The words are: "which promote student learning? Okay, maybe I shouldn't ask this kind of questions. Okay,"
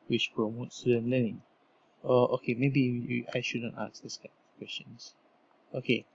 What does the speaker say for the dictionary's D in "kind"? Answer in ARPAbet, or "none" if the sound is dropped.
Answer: none